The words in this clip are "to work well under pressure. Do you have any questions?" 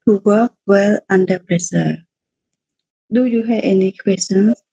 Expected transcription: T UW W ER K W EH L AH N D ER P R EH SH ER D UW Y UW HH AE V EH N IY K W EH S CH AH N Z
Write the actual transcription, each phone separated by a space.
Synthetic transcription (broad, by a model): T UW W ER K W EH L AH N D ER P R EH S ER D UW Y UW HH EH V EH N IY K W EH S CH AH N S